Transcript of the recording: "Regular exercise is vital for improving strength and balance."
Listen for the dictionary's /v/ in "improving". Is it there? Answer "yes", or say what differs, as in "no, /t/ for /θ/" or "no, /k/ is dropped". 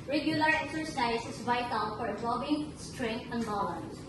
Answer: no, /b/ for /v/